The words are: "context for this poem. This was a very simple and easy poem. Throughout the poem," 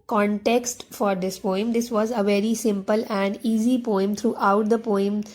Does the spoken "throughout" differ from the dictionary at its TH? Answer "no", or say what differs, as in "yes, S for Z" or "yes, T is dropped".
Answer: yes, T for TH